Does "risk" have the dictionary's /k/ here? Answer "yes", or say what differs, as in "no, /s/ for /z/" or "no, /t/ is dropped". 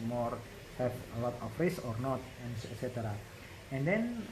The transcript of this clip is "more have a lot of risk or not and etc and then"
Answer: no, /k/ is dropped